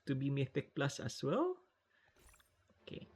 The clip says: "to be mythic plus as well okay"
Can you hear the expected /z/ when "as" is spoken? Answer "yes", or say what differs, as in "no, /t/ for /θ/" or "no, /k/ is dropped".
no, /s/ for /z/